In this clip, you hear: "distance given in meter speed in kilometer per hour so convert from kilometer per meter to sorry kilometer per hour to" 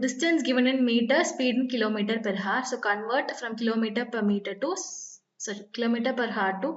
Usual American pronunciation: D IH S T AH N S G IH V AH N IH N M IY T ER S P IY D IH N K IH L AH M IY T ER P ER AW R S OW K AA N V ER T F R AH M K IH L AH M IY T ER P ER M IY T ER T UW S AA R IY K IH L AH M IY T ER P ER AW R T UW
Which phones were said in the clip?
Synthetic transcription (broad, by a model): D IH S T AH N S G IH V AH N IH N M IY T ER S P IY D IH N K IH L AH M IY T ER P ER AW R S OW K AA N V ER T F R AH M K IH L AH M IY T ER P ER M IY T ER T UW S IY K IH L AH M IY T ER P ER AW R T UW